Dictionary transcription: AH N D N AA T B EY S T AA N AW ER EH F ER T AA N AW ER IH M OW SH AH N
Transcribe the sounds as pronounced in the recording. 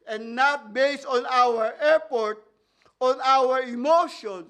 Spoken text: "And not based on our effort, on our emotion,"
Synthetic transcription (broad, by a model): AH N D N AA T B EY S T AA N AW ER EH P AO T AA N AW ER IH M OW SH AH N